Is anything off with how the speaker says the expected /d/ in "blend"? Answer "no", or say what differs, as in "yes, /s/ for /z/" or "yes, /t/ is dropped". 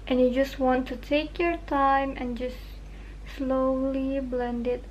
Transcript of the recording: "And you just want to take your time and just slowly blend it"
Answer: no